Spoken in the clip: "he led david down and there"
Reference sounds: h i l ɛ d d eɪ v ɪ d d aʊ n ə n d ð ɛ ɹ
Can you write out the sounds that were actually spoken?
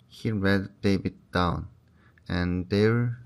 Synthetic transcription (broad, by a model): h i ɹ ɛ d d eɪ b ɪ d d aʊ n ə n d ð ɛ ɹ